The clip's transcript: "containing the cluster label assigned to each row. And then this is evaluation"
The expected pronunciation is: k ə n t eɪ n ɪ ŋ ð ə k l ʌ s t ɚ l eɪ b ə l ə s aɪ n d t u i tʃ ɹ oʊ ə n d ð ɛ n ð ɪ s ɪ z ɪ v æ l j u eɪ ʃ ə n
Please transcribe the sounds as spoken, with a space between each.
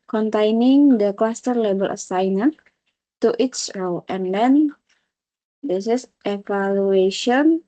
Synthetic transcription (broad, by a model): k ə n t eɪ n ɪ ŋ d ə k l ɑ s t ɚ l eɪ b ə l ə s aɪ n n t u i s ɹ oʊ ə n d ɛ n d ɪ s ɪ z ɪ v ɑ l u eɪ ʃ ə n